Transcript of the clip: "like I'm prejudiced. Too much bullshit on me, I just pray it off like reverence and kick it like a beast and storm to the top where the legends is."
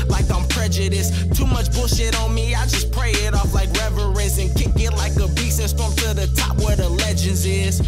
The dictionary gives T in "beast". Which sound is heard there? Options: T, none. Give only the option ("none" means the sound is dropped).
none